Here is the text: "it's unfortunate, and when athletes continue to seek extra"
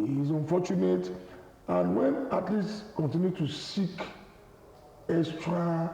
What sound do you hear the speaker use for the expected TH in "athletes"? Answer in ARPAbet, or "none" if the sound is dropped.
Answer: T